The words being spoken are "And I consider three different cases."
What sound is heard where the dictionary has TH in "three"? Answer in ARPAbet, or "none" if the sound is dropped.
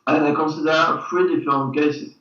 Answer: F